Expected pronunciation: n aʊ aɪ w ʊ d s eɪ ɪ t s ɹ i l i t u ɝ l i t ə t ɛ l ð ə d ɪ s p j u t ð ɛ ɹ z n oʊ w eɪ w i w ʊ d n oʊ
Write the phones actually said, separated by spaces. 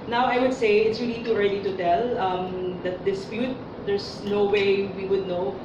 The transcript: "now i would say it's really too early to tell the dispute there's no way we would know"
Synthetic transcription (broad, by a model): n aʊ aɪ w ʊ d s eɪ ɪ t s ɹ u n i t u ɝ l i t ə t ɛ l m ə d ɪ s p j u t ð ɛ ɹ s n oʊ w eɪ w i w ʊ d n oʊ